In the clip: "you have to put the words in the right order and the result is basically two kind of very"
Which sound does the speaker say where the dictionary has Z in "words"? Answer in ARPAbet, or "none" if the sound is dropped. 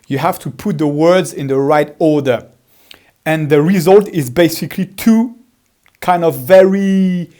Z